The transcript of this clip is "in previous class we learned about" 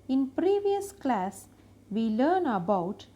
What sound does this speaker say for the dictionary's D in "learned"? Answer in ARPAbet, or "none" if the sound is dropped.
none